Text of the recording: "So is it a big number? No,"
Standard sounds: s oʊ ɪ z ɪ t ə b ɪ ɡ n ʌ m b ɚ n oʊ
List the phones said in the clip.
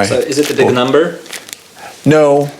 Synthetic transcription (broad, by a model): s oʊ ɪ z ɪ t ə b ɪ ɡ n ʌ m b ɚ n oʊ